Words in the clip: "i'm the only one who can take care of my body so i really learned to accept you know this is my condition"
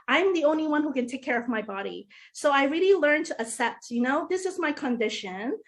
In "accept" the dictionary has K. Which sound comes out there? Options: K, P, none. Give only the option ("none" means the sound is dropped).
none